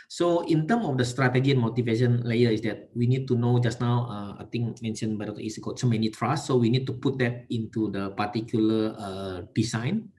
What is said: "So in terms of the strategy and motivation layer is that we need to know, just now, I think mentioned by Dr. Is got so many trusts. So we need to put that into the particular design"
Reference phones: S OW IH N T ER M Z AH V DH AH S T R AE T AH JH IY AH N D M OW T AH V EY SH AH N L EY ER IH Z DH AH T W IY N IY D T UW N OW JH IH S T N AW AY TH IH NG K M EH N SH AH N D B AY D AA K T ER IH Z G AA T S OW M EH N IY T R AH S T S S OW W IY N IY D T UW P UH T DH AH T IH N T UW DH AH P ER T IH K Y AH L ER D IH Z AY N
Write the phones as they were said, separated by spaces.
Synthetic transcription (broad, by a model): S OW IH N T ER M AH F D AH S T R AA T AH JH IY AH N M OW T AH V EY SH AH N L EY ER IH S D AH T W IY N IY D T UW N OW JH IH S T N AW AY T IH NG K M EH N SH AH N B AY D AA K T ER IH S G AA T S OW M EH N IY T R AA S S S OW W IY N IY D T UW P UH T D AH T IH N T UW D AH P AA T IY K Y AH L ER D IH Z AY N